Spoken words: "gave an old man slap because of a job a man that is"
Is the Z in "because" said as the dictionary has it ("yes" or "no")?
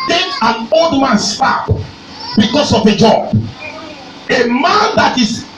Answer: no